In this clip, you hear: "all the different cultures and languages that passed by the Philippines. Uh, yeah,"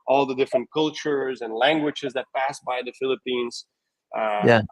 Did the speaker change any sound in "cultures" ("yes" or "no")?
no